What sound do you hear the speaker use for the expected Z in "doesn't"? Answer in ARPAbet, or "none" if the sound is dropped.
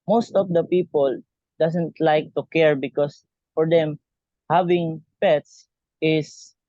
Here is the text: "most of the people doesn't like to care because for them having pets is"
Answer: S